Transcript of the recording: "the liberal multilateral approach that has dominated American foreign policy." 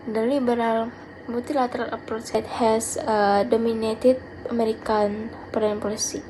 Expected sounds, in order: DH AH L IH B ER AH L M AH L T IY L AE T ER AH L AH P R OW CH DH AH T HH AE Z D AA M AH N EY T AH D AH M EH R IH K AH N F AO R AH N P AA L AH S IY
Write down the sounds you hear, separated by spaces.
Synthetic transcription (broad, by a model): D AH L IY B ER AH L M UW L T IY L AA T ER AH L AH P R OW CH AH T HH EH S D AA M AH N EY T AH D AH M EH R IH K AH N P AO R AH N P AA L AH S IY